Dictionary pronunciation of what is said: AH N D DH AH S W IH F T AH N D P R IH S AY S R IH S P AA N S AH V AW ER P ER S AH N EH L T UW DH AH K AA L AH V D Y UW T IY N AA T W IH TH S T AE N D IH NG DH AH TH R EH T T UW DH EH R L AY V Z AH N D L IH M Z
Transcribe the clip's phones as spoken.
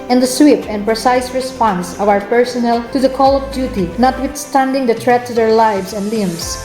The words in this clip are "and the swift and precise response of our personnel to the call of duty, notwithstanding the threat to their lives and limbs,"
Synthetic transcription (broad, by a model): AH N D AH S W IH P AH N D P R IH S AY S R IH S P AA N S AH V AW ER P ER S AH N EH L T UW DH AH K AA L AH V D Y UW T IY N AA T W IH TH S T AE N D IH NG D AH T R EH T T UW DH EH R L AY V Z AH N D L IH M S